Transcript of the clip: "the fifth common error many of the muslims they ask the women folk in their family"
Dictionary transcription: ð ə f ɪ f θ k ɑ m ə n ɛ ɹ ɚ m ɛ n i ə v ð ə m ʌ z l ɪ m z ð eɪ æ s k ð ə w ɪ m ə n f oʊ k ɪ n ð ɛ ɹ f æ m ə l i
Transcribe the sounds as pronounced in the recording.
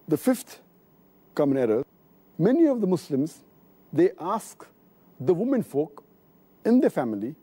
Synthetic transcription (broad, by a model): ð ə f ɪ f t k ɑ m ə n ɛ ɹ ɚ m ɛ n i ə v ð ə m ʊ s l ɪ m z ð eɪ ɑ s k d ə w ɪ m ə n f oʊ k ɪ n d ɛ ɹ f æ m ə l i